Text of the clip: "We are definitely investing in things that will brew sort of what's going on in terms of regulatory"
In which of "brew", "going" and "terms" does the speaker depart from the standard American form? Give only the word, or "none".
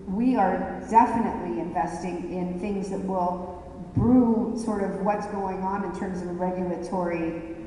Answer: none